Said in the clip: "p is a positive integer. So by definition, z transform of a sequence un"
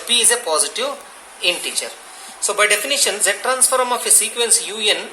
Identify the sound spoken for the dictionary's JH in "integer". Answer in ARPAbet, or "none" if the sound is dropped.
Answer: CH